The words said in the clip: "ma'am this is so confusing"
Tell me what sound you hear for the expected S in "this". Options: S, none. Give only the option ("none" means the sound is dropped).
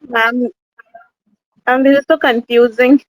none